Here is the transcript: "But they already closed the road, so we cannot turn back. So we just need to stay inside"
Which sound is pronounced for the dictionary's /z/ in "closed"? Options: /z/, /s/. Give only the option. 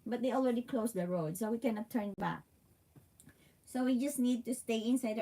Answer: /s/